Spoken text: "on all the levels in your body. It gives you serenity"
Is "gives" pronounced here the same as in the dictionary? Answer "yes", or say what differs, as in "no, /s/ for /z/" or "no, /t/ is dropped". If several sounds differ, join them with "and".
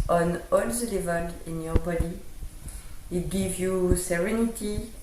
no, /z/ is dropped